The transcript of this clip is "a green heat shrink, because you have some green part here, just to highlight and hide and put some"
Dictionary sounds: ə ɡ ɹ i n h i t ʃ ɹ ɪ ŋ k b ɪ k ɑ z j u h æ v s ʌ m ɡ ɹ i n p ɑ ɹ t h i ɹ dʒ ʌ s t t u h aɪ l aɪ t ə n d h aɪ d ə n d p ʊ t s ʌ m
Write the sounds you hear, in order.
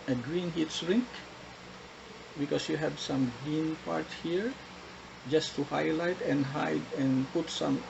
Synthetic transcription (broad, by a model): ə ɡ ɹ i n h i t s ɹ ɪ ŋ k b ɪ k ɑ s j u h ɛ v s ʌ m ɡ ɹ i n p ɑ ɹ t h i ɹ dʒ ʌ s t t u h aɪ l aɪ t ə n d h aɪ d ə n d p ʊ t s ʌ m